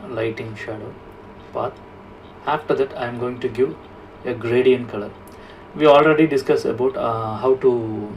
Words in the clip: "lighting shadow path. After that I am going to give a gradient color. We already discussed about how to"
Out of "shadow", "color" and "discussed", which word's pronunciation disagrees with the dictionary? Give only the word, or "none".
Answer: discussed